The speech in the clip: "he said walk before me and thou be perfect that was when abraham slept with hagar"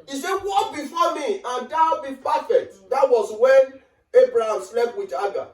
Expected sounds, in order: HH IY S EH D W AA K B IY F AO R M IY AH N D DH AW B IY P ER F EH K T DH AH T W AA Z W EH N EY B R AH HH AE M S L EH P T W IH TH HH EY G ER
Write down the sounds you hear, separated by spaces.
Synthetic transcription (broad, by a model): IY S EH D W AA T B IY F AO M IY AH N D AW B IY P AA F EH T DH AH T W AA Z W EH N EY B R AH HH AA M S L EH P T W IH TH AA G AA